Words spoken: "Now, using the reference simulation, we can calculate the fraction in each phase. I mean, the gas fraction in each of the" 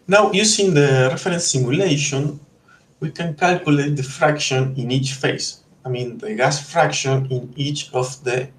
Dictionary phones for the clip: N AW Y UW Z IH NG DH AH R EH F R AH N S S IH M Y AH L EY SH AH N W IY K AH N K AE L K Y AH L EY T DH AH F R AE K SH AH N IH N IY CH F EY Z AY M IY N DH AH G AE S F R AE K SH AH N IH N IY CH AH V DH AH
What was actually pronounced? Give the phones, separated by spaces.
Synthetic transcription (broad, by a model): N AW Y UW S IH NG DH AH R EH F R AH N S S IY M Y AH L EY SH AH N W IY K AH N K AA L K Y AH L EY T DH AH F R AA K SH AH N IH N IY CH F EY S AY M IY N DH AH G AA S F R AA K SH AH N IH N IY CH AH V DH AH